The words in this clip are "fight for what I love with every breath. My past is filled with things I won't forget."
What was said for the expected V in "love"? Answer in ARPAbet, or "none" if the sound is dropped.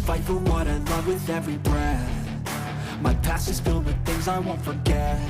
V